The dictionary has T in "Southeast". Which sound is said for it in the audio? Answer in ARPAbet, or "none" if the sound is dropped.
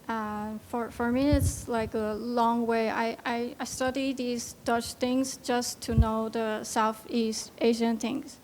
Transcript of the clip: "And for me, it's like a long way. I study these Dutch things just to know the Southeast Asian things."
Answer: T